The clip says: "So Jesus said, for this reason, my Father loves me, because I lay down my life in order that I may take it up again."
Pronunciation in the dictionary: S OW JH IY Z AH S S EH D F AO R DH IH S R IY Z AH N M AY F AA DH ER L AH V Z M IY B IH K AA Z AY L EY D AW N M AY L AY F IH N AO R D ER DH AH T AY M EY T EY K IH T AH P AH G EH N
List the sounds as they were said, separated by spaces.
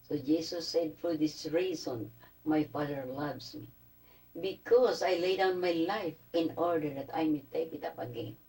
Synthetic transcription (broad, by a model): S OW JH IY S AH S S EH D F AO R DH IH S R IY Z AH N M AY F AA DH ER L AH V S M IY B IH K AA S AY L EY D AW N M AY L AY F IH N AO R D ER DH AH T AY M EY T EY K IH T AH P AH G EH N